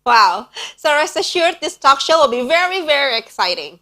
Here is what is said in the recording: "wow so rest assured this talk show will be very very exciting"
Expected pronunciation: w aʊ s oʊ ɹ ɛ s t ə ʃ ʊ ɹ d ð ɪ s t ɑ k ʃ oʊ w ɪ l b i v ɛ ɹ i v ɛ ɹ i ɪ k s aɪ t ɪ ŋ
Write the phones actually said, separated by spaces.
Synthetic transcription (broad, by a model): w aʊ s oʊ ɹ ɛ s ə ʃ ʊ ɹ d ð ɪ s t ɑ k ʃ oʊ w ɪ l b i v ɛ ɹ i v ɛ ɹ i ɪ k s aɪ t ɪ ŋ